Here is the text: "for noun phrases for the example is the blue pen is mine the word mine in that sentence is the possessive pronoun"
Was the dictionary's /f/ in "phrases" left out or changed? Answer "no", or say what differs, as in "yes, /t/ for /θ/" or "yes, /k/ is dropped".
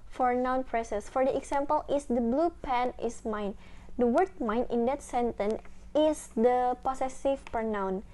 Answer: yes, /p/ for /f/